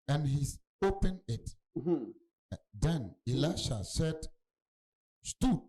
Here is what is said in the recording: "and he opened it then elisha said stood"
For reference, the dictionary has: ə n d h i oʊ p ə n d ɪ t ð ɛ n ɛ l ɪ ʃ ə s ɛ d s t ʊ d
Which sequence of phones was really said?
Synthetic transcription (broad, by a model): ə n h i oʊ p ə n ɪ t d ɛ n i l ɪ ʃ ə s ɛ d s t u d